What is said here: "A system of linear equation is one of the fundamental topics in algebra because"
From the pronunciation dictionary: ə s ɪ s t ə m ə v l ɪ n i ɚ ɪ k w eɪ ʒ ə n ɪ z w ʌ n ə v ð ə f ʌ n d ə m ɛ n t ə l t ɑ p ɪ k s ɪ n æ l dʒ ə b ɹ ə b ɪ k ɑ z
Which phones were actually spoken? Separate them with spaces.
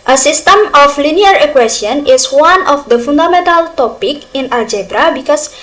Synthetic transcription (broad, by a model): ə s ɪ s t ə m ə f l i n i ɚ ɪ k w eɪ s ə n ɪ s w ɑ n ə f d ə f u n d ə m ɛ n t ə l t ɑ p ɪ k ɪ n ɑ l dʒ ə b ɹ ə b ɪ k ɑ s